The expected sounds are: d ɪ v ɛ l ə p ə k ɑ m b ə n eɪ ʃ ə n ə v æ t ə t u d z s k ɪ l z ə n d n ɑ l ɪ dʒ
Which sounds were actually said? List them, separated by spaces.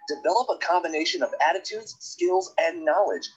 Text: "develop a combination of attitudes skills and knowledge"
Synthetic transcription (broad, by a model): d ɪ v ɛ l ə p ə k ɑ m b ə n eɪ ʃ ə n ə v æ t ə t u d z s k ɪ l z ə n n ɑ l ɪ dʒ